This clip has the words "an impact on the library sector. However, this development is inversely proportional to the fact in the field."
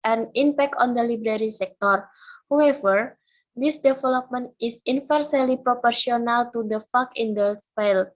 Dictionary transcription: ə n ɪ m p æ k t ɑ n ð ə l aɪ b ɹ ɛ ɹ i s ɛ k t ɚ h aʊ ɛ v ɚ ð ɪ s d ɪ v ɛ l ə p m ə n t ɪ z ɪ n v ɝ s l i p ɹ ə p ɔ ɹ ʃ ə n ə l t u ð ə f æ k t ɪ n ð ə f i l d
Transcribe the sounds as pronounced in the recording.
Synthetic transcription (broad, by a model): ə n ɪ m p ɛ k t ɑ n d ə l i b ɹ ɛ ɹ i s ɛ k t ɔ h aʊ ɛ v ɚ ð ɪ s d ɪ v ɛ l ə p m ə n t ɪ s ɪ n f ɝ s l i p ɹ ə p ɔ ɹ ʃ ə n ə l t u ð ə f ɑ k ɪ n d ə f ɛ l